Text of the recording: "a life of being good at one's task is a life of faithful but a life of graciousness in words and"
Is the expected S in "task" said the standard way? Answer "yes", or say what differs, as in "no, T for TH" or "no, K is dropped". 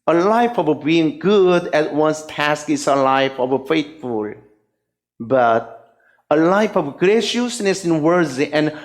yes